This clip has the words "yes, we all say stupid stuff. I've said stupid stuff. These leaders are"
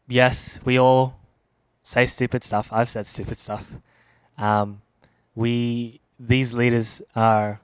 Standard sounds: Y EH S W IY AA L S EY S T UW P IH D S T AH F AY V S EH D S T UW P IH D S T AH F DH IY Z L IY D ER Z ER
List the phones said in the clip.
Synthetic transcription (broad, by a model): Y EH S W IY AA L S EY S T UW P IH D S T AH F AY V S EH D S T UW P IH D S T AH F DH IY Z L IY D ER Z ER